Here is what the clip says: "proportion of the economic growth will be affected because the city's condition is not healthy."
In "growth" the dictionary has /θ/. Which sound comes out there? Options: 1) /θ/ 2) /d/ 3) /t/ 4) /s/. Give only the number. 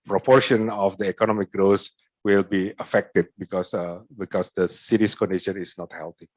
4